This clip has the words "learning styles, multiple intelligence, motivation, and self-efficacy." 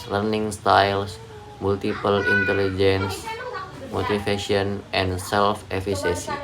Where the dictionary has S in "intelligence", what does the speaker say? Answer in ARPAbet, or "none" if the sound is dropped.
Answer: S